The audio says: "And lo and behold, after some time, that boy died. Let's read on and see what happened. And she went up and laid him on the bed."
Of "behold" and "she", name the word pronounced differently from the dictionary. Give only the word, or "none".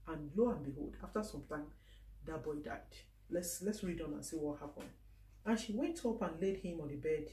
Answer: none